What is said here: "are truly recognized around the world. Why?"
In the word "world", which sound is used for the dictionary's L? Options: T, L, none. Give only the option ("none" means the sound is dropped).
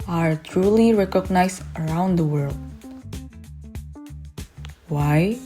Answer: L